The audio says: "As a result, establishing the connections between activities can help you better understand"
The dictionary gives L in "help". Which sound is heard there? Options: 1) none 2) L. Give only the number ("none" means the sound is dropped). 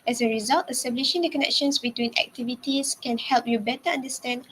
2